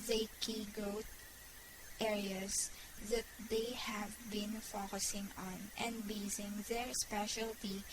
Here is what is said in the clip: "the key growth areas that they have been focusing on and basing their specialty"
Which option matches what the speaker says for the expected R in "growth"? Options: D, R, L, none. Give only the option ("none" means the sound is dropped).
none